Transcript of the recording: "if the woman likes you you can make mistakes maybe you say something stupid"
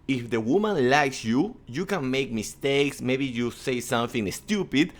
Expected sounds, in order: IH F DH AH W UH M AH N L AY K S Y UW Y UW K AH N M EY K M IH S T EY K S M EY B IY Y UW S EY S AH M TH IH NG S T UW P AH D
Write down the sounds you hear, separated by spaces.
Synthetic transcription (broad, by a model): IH F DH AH W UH M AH N L AY K S Y UW Y UW K AH N M EY K M IH S T EY K S M EY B IY Y UW S EY S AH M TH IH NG S T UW P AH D